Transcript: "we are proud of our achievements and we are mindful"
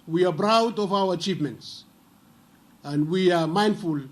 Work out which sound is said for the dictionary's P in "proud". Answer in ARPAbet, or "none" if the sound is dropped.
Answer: B